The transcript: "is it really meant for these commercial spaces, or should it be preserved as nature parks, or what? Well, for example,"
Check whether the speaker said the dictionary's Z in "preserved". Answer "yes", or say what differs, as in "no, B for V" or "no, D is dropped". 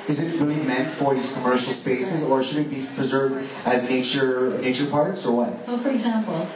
yes